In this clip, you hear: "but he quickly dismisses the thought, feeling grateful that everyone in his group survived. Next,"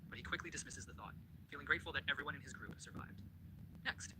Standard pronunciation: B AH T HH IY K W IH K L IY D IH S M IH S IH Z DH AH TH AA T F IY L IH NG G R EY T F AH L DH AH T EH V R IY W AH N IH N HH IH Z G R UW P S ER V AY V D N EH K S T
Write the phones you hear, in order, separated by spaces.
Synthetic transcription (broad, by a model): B AH T HH IY K W IH K L IY D IH S M IH S IH Z DH AH TH AA T F IY L IH NG G R EY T F L DH AH T EH V R IY W AH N IH N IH Z G R UW P S ER V AY V D N EH K S T